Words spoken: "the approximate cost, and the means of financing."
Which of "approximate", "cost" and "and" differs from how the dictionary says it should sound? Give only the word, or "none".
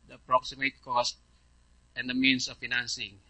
none